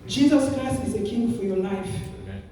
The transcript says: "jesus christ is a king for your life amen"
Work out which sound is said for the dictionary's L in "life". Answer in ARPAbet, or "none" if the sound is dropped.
L